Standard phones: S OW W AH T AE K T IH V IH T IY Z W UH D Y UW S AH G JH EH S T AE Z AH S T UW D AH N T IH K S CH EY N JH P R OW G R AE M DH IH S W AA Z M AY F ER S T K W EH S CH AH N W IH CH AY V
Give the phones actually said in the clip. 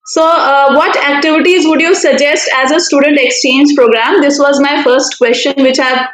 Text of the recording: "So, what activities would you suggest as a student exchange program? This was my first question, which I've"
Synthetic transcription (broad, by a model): S OW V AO T AE K T IH V IH T IY Z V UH D Y UW S AH G JH EH S T AE Z AH S T UW D AH N T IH K S CH EY N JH P R OW G R AE M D IH S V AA Z M AY F ER S T K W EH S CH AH N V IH CH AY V